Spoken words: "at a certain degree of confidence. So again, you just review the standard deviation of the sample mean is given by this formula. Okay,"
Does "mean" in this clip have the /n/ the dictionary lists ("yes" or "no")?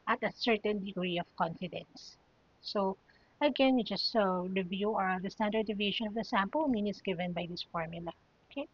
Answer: yes